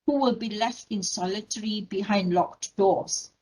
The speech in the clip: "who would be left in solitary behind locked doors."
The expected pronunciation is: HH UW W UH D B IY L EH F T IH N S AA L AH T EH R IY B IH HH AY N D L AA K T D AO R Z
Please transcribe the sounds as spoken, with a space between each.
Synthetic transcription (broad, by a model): HH UW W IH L B IY L EH F T IH N S AA L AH T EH R IY B IH HH AY N D L AA K T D AO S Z